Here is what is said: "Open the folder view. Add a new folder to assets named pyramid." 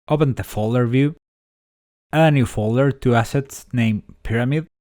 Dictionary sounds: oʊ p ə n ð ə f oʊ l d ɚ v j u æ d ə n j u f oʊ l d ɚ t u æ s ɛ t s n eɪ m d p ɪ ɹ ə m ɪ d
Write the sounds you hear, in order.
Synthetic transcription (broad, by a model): oʊ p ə n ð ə f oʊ l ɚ v j u ə n j u f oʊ l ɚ t u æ s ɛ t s n eɪ m p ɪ ɹ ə m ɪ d